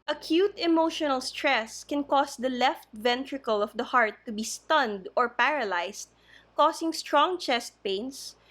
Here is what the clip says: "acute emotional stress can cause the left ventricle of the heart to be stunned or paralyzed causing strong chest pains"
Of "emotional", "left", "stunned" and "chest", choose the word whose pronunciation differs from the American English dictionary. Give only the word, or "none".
none